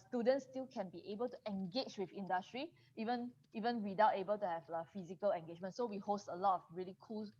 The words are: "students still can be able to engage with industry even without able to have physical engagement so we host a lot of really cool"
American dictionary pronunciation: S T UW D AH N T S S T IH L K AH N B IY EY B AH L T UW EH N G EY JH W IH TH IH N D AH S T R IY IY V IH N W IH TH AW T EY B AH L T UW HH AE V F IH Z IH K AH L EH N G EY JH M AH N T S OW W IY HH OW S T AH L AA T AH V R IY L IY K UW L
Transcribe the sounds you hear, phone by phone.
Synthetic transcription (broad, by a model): S T UW D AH N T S S T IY L K AH N B IY EY B AH L T UW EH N G EY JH W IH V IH N D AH S T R IY IY V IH N W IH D AW T EY B AH L T UW HH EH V F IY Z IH K AH L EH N G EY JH M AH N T S OW W IY HH OW S T AH L AA T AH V R IY L IY K UW L